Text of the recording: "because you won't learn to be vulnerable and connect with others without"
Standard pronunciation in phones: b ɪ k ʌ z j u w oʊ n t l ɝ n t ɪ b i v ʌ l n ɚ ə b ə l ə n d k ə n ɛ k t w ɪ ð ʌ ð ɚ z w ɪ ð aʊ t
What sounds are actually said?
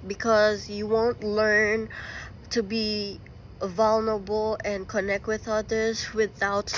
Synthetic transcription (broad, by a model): b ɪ k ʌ z j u w oʊ n t l ɝ n t ɪ b i v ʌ l n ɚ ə b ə l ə n k ə n ɛ k t w ɪ ð ʌ ð ɚ z w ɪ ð aʊ t